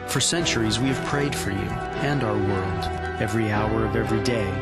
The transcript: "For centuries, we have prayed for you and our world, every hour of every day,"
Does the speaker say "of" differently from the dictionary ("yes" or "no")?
no